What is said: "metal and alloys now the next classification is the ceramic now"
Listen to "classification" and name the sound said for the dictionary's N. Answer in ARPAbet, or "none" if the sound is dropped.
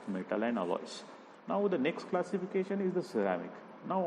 N